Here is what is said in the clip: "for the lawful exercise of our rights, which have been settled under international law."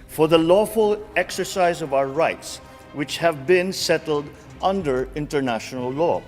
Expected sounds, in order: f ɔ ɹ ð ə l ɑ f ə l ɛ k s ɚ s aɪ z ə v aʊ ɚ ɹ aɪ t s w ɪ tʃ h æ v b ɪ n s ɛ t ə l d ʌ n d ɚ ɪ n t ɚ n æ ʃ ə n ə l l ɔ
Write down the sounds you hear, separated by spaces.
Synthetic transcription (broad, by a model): f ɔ ɹ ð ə l ɑ f ə l ɛ k s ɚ s aɪ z ə v aʊ ɚ ɹ aɪ t s w ɪ tʃ h æ v b ɪ n s ɛ t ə l d ʌ n d ɚ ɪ n t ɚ n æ ʃ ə n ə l l ɔ